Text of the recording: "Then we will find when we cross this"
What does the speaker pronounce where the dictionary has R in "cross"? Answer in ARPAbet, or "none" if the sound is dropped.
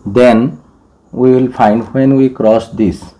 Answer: R